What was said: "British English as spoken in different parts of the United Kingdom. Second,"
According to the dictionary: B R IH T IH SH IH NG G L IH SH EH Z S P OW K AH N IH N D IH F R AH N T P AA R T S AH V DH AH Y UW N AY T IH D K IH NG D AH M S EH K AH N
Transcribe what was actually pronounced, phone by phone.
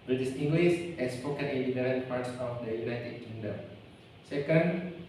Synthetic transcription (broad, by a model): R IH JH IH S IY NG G L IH S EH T S P OW K AH N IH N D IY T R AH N P AA R T S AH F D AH Y UW N AY T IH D K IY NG D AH M S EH K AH N